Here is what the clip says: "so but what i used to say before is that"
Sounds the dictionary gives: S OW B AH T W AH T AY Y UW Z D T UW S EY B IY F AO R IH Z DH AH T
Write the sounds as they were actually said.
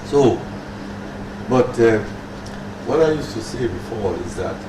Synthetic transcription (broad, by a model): S OW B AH T W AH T AY Y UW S T UW S EY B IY F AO L IH Z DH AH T